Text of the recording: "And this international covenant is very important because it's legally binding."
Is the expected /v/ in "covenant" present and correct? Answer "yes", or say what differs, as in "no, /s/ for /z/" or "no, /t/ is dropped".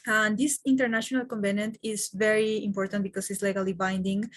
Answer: no, /b/ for /v/